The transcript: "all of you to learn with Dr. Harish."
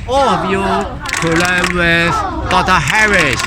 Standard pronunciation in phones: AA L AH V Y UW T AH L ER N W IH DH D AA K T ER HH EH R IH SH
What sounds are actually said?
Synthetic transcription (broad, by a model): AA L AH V Y UW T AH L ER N W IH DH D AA T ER HH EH R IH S